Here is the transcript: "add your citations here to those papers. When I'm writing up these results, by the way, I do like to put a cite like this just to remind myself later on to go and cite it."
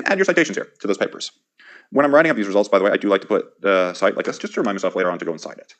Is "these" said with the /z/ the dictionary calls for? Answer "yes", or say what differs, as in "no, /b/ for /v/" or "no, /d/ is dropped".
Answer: yes